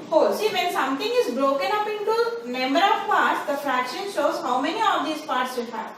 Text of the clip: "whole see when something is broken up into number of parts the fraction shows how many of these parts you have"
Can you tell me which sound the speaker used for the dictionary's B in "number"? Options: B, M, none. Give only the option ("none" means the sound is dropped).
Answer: none